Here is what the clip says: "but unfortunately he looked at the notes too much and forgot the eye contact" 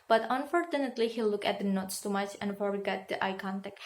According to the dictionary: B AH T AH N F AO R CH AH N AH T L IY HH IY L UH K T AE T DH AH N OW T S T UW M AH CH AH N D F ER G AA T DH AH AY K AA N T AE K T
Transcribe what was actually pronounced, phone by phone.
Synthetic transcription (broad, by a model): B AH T AH N F AO R CH AH N AH T L IY HH IY L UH K AE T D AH N OW T S T UW M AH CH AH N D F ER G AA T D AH AY K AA N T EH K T